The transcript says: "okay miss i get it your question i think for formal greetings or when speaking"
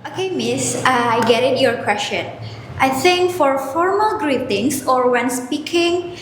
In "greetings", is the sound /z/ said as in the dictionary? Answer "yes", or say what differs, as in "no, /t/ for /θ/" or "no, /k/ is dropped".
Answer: no, /s/ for /z/